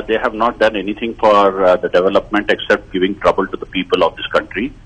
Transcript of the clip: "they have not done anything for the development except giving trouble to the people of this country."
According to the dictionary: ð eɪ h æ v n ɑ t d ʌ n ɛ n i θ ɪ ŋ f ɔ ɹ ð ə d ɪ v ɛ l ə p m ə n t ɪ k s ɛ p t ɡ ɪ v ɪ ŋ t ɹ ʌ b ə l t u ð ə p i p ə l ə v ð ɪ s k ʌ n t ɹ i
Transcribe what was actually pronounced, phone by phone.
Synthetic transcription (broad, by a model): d eɪ h æ v n ɑ t d ʌ n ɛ n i t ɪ ŋ f ɔ ɹ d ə d ɪ v ɛ l ə p m ə n t ɪ k s ɛ p t ɡ ɪ v ɪ ŋ t ɹ ʌ b ə l t u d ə p i p ə l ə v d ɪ s k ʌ n t ɹ i